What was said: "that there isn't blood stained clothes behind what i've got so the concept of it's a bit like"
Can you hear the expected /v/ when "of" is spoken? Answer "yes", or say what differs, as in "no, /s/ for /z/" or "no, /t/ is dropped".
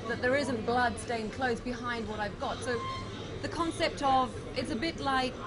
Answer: yes